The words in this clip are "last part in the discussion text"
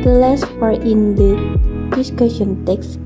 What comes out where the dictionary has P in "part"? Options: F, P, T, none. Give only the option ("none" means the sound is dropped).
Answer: F